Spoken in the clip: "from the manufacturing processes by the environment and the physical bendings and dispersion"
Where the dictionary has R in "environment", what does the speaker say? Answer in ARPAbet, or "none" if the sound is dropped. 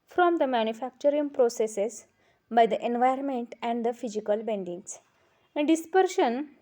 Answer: none